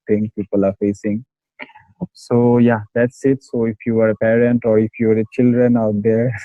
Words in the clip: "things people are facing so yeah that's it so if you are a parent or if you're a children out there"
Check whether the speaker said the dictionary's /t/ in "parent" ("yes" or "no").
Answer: yes